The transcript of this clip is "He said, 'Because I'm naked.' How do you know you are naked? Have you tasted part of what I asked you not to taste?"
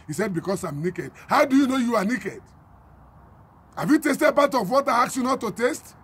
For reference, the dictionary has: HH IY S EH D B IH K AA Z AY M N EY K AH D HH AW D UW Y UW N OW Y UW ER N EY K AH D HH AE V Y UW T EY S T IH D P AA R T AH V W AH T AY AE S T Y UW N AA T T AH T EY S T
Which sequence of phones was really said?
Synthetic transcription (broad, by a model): HH IY S EH D B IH K AA S AY M N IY K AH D HH AW D UW Y UW N OW Y UW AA N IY K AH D HH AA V Y UW T EY S T IH D B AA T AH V W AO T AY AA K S Y UW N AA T T AH T EY S T